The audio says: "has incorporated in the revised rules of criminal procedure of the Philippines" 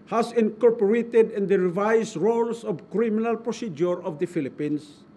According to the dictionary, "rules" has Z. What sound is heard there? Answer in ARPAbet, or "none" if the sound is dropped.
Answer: S